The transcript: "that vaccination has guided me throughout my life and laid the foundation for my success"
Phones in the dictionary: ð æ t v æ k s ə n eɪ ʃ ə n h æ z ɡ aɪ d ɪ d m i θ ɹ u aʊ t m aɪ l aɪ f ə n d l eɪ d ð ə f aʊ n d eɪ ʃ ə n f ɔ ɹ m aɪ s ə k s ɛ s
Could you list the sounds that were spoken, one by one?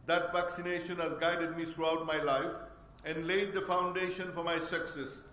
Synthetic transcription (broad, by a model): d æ t v æ k s ə n eɪ ʃ ə n h æ z ɡ aɪ d ɪ d m i t ɹ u aʊ t m aɪ l aɪ f ə n d l eɪ d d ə f aʊ n d eɪ ʃ ə n f ɔ ɹ m aɪ s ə k s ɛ s